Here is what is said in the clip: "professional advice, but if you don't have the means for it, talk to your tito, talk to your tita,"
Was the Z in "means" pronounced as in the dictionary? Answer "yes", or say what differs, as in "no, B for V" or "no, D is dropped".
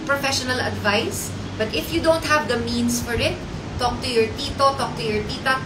no, S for Z